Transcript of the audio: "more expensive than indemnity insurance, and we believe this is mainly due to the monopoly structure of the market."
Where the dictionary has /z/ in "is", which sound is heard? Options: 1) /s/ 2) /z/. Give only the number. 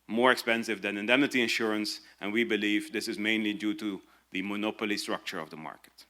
2